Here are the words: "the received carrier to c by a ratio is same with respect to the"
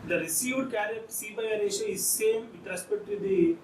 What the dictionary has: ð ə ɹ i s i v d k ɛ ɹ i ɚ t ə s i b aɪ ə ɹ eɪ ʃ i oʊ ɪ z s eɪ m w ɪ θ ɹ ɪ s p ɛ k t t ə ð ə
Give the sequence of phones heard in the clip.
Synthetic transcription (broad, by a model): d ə ɹ i s i v d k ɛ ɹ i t s i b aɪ ə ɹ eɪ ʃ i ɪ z s eɪ m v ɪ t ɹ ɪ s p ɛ t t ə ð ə